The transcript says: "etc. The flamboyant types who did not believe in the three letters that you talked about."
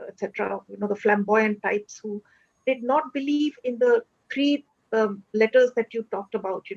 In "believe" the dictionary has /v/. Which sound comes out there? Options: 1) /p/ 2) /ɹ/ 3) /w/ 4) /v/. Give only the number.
4